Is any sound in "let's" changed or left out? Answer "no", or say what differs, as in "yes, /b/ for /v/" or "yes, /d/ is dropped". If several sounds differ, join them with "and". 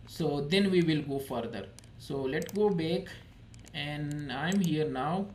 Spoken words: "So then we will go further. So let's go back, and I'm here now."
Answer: yes, /s/ is dropped